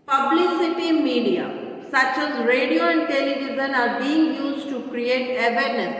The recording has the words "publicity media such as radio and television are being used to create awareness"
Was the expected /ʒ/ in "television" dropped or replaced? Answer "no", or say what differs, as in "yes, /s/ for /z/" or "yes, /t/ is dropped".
yes, /z/ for /ʒ/